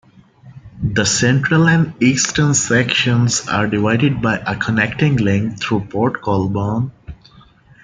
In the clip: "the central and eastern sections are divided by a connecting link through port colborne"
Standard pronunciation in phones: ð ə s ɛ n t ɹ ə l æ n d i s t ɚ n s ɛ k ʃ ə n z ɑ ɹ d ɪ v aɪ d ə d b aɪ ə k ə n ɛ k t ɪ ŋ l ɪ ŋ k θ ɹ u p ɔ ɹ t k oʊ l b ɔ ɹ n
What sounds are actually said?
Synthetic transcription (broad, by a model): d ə s ɛ n t ɹ ə l æ n d i s t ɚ n s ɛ k ʃ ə n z ɑ ɹ d ɪ v aɪ d ə d b aɪ ə k ə n ɛ k t ɪ ŋ l ɪ ŋ k t ɹ u p ɔ ɹ t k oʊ l b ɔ n